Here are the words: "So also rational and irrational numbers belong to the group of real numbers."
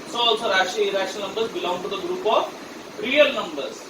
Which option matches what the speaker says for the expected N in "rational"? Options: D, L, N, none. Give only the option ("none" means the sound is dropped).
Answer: none